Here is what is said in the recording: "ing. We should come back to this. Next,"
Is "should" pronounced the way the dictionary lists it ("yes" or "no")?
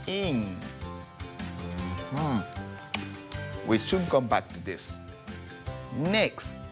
no